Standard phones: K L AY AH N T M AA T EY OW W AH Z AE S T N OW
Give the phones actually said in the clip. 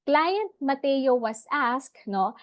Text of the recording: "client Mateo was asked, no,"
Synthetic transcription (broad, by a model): K L AY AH N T M AA T EY OW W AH S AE S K N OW